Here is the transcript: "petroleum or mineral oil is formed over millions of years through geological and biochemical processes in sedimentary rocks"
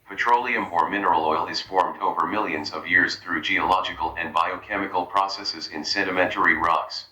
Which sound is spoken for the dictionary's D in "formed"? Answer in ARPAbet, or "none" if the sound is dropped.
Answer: D